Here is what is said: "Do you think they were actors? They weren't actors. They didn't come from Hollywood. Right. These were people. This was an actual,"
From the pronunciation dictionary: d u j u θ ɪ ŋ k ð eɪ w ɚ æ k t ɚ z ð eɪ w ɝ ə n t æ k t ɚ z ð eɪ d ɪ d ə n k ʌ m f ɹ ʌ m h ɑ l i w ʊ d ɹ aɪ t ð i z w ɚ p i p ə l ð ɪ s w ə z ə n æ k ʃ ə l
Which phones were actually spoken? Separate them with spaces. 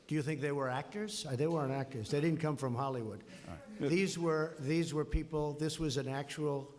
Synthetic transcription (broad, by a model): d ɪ j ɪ θ ɪ ŋ k ð eɪ w ɚ æ k t ɚ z ð eɪ w ɝ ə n æ k t ɚ z ð eɪ d ɪ d n k ʌ m f ɹ ʌ m h ɑ l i w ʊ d w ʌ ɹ ð i z w ɚ p i p l ð ɪ s w ə z ə n æ k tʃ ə l